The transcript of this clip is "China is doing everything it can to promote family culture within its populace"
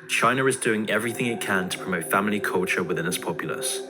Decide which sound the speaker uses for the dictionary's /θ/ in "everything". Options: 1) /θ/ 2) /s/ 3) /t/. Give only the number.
1